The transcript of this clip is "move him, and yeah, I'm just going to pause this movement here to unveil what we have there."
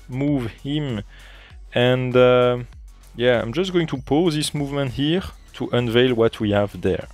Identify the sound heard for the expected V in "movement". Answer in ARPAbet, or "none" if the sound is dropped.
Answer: V